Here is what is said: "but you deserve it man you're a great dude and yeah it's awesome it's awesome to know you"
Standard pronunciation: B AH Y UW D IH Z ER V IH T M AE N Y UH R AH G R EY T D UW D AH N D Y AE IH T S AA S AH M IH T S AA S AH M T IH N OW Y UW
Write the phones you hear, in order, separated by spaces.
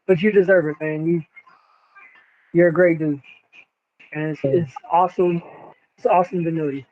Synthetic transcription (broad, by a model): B AH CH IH D IH Z ER V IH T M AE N Y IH R AH G R EY T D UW AH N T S IH T S AA S AH M IH T S AA S AH M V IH N OW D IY